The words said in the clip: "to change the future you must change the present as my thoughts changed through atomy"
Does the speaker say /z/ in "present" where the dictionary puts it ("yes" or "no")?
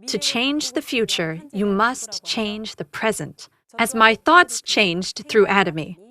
yes